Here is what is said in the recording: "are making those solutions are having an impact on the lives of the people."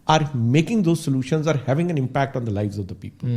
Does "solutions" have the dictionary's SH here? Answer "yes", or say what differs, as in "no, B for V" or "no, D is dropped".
yes